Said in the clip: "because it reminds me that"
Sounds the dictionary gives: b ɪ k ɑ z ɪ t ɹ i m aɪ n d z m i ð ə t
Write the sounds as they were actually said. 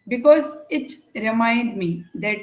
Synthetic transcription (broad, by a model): b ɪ k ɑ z ɪ t ɹ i m aɪ n d m i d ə t